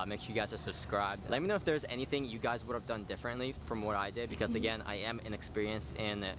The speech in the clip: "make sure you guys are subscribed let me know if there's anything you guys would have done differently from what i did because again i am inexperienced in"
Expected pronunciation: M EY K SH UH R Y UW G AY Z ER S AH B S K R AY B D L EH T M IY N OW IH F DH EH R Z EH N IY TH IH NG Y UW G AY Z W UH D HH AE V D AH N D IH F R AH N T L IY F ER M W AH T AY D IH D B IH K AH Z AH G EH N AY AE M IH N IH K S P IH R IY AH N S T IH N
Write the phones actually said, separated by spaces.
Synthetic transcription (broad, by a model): M EY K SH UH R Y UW G AY Z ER S AH B S K R AY B D L EH T M IY N OW IH F DH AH R Z EH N IY TH IH NG Y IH G AY Z W UH D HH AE V D AH N D IH F R AH N T L IY F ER M W AH T AY D IH D B IH K AH Z AH G EH N AY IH M IH N IH K S P IH R IY AH N S T IH N